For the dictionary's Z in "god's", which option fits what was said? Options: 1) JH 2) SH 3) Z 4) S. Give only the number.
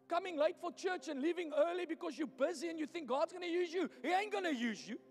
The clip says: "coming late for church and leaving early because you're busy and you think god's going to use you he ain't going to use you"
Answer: 3